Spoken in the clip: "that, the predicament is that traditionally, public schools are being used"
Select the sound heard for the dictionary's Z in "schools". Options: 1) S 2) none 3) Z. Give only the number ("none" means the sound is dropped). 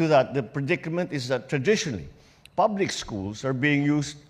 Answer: 1